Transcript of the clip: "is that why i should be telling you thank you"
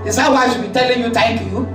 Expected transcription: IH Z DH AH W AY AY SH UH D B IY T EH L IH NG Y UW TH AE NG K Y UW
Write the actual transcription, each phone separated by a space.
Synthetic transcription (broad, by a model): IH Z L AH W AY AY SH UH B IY T EH L IH NG Y UW T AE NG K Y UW